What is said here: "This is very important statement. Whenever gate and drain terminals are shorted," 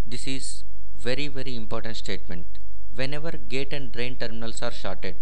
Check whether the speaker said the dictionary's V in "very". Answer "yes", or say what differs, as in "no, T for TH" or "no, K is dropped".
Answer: yes